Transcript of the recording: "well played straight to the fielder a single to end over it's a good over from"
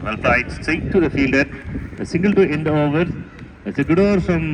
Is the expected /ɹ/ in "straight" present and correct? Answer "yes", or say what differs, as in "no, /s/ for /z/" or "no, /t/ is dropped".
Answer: no, /ɹ/ is dropped